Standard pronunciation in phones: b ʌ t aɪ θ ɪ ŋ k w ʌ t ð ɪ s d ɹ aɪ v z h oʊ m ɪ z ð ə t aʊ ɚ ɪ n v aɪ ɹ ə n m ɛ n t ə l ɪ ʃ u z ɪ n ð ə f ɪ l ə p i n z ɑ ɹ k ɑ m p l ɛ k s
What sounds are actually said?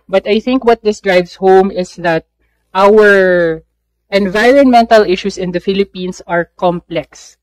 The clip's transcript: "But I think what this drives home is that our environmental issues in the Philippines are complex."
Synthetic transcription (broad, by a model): b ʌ t aɪ θ ɪ ŋ k w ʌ t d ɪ s d ɹ aɪ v s h oʊ m ɪ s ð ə t aʊ ɚ ɪ n v aɪ ɹ ə n m ɛ n t ə l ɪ ʃ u s ɪ n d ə f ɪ l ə p i n s ɑ ɹ k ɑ m p l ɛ k s